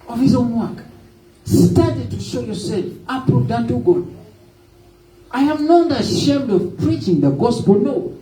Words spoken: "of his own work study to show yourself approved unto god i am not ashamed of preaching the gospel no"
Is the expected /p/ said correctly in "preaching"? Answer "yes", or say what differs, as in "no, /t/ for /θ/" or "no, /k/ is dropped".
yes